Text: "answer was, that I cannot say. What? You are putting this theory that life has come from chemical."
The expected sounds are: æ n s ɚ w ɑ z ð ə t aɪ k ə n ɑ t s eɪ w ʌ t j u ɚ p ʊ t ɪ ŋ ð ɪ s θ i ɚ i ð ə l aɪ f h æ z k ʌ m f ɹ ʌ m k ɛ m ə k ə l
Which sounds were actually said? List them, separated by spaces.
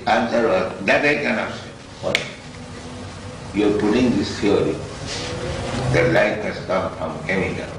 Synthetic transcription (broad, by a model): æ n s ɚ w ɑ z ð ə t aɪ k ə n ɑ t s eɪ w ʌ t j u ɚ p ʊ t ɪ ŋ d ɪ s f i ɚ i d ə l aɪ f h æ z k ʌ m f ɹ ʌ m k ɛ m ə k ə